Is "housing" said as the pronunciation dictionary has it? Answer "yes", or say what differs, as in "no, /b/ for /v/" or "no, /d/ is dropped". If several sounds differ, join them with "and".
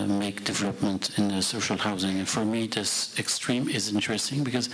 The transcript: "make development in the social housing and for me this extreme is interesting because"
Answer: yes